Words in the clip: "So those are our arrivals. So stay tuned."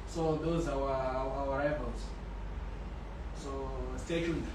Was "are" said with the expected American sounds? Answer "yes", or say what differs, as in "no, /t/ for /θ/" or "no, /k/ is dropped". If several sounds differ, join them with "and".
no, /w/ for /ɹ/